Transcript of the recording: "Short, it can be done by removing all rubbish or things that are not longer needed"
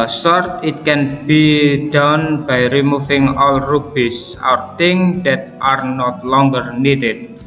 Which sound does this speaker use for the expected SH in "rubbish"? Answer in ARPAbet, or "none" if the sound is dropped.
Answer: S